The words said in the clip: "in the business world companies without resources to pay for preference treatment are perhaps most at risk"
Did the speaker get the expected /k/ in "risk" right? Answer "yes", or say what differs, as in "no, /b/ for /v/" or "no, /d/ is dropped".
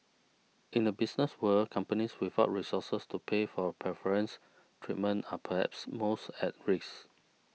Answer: no, /k/ is dropped